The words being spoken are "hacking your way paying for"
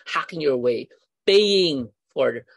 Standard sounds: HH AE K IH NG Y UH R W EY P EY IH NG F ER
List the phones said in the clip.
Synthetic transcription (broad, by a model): HH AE K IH NG Y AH R W EY B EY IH NG F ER